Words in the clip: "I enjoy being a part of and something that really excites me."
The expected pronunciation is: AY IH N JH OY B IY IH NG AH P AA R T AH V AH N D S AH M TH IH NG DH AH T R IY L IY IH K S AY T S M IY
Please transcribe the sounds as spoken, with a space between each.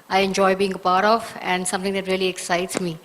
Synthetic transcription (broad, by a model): AY IH N JH OY B IY IH NG AH P AA R T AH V AH N D S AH M T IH NG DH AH T R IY L IY IH K S AY T S M IY